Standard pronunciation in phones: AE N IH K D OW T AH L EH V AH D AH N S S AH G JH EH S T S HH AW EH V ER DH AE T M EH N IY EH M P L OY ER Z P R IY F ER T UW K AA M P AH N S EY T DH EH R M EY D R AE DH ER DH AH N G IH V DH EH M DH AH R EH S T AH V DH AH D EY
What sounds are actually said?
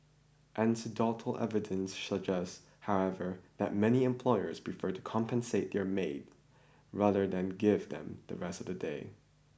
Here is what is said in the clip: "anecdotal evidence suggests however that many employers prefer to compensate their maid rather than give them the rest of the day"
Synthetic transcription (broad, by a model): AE N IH D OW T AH L EH V AH D AH N S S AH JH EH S S HH AW EH V ER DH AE T M EH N IY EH M P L OY ER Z P R IY F ER T UW K AA M P AH N S EY T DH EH R M EY D R AE DH ER DH AH N G IH V DH EH M DH AH R EH S T AH V DH AH D EY